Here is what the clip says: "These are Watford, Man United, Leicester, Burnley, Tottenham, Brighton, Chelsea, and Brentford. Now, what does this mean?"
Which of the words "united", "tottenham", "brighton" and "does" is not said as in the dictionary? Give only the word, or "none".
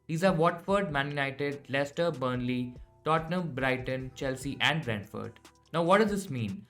none